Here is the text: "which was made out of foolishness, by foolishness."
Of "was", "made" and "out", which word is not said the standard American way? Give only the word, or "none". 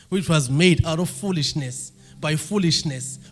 none